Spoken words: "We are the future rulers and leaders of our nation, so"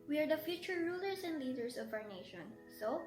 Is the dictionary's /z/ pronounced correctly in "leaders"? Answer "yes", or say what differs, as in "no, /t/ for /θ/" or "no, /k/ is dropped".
no, /s/ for /z/